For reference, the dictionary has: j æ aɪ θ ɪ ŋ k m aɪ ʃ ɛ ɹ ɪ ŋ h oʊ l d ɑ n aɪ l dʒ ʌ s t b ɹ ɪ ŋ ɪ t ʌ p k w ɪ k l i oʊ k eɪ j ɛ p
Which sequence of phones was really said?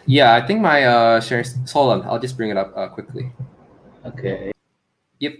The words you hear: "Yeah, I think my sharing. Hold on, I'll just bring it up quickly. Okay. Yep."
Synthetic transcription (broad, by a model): j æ aɪ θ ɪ ŋ k m aɪ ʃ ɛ ɹ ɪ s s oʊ l ɑ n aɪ l dʒ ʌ s b ɹ ɪ ŋ ɪ t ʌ p k w ɪ k l i oʊ k eɪ j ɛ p